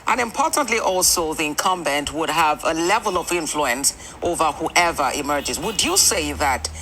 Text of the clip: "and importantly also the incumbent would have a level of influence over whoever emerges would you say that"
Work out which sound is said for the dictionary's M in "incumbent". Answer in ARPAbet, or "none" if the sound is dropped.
M